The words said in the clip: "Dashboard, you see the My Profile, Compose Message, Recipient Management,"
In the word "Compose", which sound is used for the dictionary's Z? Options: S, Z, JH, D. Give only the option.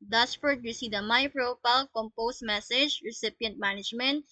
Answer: S